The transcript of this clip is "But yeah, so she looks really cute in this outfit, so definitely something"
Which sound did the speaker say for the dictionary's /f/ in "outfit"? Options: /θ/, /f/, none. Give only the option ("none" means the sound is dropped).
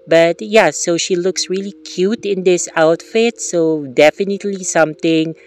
/f/